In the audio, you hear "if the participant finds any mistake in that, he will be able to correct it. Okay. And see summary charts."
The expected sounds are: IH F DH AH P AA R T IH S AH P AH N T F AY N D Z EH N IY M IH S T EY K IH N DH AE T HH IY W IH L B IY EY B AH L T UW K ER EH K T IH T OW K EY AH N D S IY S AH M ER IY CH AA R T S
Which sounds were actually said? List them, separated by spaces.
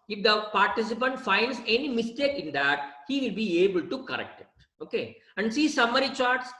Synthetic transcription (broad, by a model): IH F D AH P AA R T IH S AH P AH N T F AY N D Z EH N IY M IH S T EY K IH N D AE T HH IY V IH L B IY EY B AH L T UW K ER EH K T IH T OW K EY AH N D S IY S AH M ER IY CH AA R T S